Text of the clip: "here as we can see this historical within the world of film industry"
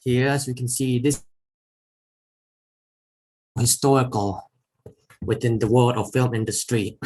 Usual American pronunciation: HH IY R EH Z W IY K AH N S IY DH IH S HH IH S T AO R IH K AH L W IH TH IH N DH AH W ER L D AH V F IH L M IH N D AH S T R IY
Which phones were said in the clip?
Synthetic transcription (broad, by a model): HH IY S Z W IY K AH N S IY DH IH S HH IH S T AO R IH K AH L W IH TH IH N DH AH W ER L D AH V F IH L M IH N D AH S T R IY